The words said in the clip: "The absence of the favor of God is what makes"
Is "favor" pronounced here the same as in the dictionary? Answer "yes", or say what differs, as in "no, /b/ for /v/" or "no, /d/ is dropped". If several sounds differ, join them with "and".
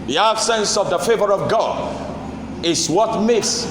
yes